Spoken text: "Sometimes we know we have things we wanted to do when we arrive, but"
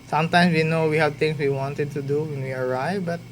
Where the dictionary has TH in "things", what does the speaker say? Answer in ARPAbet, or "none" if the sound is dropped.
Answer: T